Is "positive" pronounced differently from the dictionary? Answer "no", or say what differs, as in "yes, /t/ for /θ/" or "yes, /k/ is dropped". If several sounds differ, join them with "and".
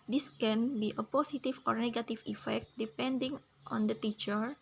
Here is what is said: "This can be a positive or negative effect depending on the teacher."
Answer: yes, /s/ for /z/